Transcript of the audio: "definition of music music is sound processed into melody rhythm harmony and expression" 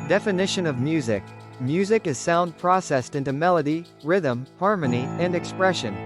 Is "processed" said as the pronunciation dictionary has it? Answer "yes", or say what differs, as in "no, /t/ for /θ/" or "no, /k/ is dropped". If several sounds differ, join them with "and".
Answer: yes